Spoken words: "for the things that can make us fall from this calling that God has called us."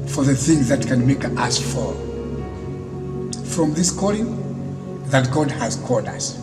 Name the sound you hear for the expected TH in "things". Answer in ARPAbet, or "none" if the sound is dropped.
TH